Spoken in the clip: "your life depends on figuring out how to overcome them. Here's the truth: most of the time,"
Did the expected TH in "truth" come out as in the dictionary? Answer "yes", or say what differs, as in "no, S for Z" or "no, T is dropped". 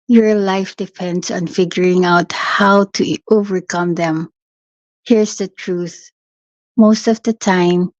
yes